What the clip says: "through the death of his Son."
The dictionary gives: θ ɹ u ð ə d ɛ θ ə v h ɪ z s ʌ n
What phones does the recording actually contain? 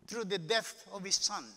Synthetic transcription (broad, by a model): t ɹ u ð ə d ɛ t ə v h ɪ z s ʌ n